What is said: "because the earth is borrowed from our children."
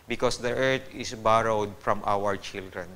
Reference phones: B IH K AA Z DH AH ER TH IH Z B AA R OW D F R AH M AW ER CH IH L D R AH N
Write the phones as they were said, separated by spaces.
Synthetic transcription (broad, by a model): B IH K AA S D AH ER T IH S B AA R OW D F R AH M AW ER CH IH L D R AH N